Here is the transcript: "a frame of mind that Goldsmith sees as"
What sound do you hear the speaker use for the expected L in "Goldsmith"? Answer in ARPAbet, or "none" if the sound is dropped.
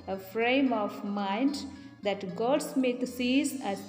none